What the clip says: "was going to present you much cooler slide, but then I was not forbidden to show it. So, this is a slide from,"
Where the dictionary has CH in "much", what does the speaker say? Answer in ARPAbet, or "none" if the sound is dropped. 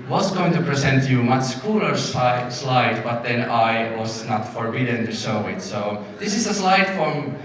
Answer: S